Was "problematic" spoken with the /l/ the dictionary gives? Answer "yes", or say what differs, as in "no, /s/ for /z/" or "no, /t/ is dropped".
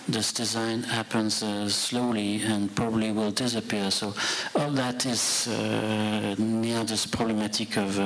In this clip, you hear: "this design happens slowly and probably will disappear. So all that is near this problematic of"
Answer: yes